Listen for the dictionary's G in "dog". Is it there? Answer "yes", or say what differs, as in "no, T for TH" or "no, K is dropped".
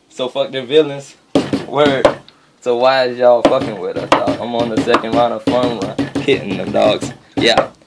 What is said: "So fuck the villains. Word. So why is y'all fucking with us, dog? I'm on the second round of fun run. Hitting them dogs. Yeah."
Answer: no, G is dropped